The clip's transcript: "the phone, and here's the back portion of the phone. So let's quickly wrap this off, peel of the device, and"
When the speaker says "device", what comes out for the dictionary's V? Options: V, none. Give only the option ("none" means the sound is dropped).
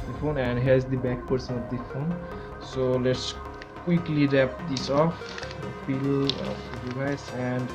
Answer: none